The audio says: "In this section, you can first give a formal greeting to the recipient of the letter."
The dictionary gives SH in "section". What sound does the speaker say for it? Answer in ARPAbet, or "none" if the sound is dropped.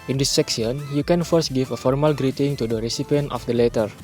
S